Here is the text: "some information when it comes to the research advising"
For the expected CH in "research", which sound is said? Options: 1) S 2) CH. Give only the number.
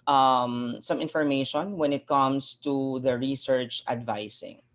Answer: 2